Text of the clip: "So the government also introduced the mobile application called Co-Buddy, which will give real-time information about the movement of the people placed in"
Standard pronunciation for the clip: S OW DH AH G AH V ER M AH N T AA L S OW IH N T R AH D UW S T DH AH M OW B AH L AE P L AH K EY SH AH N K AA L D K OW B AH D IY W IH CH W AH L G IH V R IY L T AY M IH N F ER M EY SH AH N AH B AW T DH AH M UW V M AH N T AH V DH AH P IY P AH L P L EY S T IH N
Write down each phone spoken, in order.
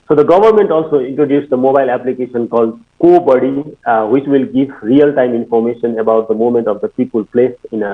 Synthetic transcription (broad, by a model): S OW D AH G AH V ER M AH N T AA L S OW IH N T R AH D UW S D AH M OW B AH L AE P L AH K EY SH AH N K AA L D K OW B AH D IY W IH CH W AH L G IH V R IY L T AY M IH N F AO M EY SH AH N AH B AW T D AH M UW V M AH N T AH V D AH P IY P AH L P L EY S IH N